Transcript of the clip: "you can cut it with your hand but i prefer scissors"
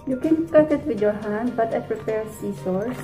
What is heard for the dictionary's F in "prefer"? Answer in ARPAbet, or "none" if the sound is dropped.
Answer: P